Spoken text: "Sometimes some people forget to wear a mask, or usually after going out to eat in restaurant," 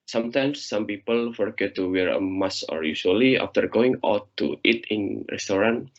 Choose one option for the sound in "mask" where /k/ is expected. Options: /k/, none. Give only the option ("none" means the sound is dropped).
none